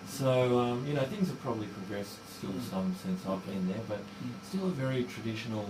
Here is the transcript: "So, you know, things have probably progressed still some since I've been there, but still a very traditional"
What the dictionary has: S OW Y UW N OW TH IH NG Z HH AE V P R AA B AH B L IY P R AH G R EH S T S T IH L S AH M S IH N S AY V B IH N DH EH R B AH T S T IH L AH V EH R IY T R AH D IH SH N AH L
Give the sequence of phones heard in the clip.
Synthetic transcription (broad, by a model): S OW Y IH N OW TH IH NG Z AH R P R AA B AH B L IY P R AH G R EH S T S T IH L S AH M S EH N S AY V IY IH N DH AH R B AH T S T IH L AH V EH R IY T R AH D IH SH N L